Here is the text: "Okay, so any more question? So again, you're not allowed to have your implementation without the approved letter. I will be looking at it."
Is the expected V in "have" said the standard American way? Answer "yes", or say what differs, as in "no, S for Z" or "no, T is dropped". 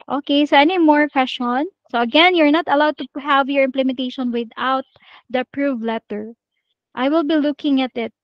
yes